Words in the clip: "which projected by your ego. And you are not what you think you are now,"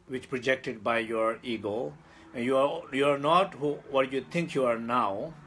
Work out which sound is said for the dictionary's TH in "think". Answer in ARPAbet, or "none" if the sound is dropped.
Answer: T